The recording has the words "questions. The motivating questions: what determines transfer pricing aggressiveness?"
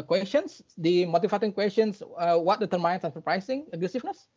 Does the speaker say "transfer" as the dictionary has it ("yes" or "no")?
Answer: no